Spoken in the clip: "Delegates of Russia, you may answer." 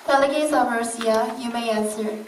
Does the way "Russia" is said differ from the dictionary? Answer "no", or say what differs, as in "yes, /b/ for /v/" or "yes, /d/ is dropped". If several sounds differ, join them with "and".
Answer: yes, /ʃ/ is dropped